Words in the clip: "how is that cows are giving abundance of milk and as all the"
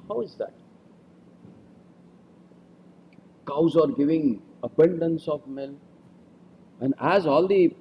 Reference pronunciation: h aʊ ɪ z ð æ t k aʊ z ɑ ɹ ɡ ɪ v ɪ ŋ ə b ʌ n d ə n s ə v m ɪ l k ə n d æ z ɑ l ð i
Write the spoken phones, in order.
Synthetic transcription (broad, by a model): h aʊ ɪ z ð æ t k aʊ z ɑ ɹ ɡ ɪ v ɪ ŋ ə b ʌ n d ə n s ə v m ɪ l ə n d æ z ɑ l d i